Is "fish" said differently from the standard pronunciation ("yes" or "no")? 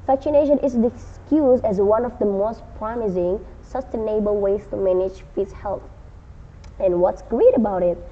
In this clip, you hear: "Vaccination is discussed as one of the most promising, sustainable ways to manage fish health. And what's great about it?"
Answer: yes